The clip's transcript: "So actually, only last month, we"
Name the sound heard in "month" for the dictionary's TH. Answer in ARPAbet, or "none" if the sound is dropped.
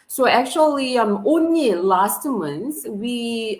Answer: S